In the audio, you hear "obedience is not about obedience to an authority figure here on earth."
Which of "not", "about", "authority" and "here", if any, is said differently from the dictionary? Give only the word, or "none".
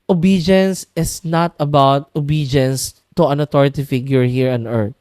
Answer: authority